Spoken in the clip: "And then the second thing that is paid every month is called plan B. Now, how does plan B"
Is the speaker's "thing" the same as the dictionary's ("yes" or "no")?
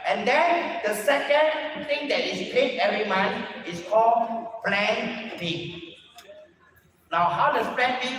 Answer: no